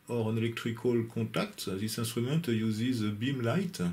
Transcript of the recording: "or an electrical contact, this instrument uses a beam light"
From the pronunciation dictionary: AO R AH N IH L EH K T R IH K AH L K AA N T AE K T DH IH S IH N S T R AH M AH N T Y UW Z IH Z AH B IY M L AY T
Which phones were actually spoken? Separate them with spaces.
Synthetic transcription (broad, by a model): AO R AH N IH L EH K T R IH K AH L K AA T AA K T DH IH S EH S T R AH M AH N T Y UW Z IH Z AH B IY M L AY T